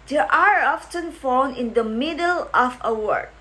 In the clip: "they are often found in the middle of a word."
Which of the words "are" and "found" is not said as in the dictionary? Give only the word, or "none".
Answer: found